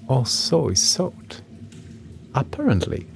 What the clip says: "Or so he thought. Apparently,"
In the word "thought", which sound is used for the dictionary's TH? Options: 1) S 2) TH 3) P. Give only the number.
1